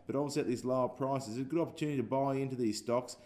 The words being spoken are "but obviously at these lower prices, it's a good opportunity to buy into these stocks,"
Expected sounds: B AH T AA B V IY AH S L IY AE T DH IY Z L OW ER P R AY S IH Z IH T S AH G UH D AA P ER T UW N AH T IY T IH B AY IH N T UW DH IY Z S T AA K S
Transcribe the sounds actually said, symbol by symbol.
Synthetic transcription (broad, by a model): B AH T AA V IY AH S IY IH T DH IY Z L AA P R AY S IH Z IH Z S G UH D AA P ER T UW N AH T IY T IH B AY IH N T UW DH IY Z S T AA K S